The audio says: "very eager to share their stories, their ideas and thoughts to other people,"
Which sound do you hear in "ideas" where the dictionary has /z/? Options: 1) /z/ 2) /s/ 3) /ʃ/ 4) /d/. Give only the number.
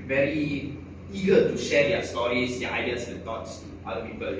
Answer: 2